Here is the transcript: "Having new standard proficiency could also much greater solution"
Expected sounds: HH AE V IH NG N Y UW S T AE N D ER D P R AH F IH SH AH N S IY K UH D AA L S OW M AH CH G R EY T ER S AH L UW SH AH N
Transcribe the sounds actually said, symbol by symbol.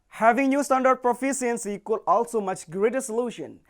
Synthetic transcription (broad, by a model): HH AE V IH NG N Y UW S T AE N D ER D P R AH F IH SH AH N S IY K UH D AA L S OW M AH CH G R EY T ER S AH L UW SH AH N